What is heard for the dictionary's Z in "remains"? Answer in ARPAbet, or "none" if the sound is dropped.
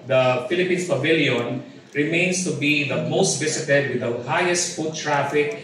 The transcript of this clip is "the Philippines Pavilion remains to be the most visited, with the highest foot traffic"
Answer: S